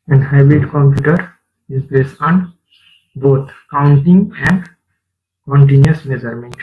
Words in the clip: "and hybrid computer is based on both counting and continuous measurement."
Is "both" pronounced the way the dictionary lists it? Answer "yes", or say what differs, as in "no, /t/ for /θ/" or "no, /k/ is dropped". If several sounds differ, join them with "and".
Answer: no, /t/ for /θ/